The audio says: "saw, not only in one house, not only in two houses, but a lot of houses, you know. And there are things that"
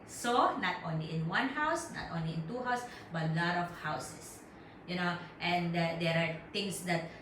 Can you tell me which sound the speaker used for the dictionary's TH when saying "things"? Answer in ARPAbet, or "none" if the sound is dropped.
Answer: T